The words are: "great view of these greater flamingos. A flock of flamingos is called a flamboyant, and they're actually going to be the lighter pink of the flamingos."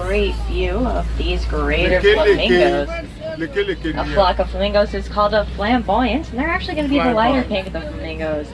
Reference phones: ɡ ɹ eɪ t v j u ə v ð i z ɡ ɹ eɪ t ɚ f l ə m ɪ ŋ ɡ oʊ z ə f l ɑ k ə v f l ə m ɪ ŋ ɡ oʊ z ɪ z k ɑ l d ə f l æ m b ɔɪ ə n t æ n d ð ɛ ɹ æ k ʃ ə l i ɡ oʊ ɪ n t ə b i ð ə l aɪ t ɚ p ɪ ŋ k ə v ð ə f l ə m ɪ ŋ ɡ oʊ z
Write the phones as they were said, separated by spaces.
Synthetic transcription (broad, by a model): ɹ eɪ t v j u ə v ð i z ɡ ɹ eɪ t ɚ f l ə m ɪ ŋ ɡ oʊ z ə f l ɑ k ə v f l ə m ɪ ŋ ɡ oʊ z ɪ z k ɑ l d ə f l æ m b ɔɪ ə n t n ð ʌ ɹ æ k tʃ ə l i ɡ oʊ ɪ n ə b i ð ə l aɪ t ɚ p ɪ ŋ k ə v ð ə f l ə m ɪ ŋ ɡ oʊ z